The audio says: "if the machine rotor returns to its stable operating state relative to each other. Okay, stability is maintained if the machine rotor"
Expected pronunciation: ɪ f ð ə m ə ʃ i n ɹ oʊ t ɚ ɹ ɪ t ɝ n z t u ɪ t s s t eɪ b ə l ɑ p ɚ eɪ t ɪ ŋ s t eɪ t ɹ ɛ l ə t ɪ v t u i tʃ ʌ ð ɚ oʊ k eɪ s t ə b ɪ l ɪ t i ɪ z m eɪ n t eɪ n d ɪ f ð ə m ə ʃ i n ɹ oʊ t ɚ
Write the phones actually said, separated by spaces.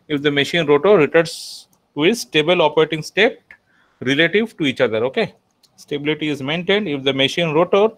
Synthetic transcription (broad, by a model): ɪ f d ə m ə ʃ i n ɹ oʊ t ɚ ɹ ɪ t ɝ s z t u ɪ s s t eɪ b ə l ɑ p ɚ eɪ t ɪ ŋ s t eɪ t ɹ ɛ l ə t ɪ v t u i tʃ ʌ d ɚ oʊ k eɪ s t ə b ɪ l ɪ t i ɪ z m eɪ n t eɪ n d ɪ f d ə m ə ʃ i n ɹ oʊ t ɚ